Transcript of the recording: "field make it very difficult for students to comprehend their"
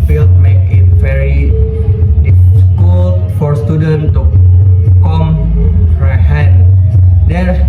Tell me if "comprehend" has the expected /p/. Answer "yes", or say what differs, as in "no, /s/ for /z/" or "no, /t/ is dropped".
no, /p/ is dropped